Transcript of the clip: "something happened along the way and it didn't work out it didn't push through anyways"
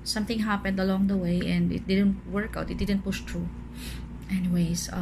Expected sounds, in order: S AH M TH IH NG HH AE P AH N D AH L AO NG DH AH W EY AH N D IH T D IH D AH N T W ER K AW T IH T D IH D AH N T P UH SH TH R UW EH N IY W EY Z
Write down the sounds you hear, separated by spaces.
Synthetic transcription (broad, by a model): S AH M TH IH NG HH AE P AH N D AH L AO NG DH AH W EY AH N D IH T D IH D AH N T W ER K AW T IH T D IH D AH N T P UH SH T R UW EH N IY W EY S